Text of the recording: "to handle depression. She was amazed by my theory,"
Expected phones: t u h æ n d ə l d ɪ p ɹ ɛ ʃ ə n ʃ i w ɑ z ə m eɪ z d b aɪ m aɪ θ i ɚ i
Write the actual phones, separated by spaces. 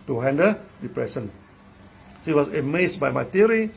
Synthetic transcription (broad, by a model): t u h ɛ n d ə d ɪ p ɹ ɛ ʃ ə n s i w ɑ s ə m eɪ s b aɪ m aɪ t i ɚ i